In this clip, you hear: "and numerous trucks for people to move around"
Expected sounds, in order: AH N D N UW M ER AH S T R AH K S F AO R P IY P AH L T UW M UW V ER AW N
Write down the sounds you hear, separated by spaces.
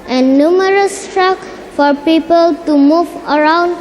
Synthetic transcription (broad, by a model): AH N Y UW M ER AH S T R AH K F AO R P IY P AH L T UW M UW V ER AW N